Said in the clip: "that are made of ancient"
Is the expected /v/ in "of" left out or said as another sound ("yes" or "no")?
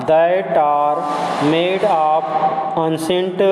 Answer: yes